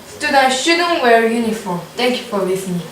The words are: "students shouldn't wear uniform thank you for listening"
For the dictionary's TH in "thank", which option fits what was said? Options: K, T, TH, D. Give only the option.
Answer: T